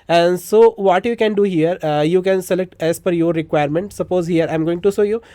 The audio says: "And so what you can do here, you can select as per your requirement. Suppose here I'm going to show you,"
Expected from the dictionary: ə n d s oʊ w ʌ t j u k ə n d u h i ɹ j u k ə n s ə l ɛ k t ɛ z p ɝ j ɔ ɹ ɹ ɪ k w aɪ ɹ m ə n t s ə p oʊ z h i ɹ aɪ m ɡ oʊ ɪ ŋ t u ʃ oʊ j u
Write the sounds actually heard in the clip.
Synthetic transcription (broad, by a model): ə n d s oʊ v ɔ t j u k ə n d u h i ɹ j u k ə n s ə l ɛ k t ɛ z f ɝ j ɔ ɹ ɹ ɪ k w aɪ ɹ m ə n t s ə p oʊ z h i ɹ aɪ m ɡ oʊ ɪ ŋ t u s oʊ j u